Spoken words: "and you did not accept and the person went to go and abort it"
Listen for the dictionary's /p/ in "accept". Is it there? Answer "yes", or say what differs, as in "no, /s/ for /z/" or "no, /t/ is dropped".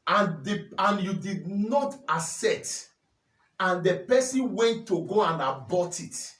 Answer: no, /p/ is dropped